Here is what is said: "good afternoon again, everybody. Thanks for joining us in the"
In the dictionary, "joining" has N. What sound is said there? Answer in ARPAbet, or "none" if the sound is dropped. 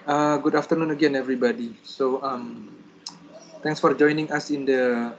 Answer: N